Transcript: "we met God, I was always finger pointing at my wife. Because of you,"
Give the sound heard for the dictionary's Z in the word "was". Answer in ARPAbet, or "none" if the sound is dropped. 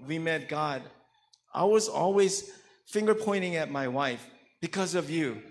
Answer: Z